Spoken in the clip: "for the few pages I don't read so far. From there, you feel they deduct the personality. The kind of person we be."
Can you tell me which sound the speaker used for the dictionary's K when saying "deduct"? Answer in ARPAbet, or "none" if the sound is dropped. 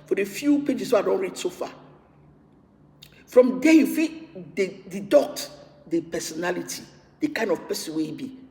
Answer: none